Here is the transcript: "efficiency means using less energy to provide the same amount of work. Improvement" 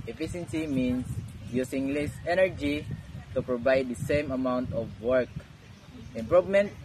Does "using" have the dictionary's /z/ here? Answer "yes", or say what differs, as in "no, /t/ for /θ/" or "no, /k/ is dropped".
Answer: no, /s/ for /z/